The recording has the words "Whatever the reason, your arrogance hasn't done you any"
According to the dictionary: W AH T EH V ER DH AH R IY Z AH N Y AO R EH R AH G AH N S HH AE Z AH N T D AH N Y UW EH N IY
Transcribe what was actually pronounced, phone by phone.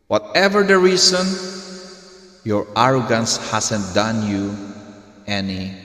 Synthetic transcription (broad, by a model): W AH T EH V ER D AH R IY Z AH N Y AO R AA R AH G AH N S HH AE S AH N T D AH N Y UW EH N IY